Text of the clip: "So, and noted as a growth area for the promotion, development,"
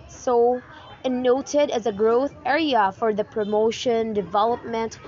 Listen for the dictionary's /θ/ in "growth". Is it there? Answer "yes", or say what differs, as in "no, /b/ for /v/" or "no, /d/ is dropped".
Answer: yes